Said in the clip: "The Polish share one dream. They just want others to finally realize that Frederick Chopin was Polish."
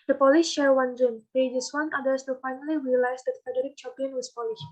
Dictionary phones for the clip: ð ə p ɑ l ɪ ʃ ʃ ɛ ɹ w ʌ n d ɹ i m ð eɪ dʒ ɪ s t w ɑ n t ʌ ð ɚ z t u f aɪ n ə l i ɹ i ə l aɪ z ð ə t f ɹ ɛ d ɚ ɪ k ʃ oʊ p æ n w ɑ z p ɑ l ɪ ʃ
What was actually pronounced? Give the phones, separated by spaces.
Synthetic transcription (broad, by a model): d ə p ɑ l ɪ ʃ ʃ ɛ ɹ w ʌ n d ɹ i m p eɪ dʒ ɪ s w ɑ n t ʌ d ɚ s t u f aɪ n ə l i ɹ i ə l aɪ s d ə t f ɛ d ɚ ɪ k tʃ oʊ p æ n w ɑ s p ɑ l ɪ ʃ